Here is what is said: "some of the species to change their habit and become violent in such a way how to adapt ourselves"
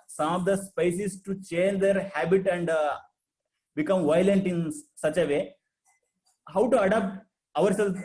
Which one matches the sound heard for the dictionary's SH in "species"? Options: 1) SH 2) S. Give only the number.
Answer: 2